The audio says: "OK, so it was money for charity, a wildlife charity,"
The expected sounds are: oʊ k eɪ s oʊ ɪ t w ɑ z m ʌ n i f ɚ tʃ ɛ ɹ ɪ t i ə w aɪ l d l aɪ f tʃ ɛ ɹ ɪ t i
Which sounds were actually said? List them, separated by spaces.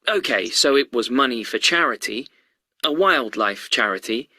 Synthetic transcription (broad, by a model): oʊ k eɪ s oʊ ɪ t w ɑ z m ʌ n i f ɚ tʃ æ ɹ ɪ t i ə w aɪ l d l aɪ f tʃ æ ɹ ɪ t i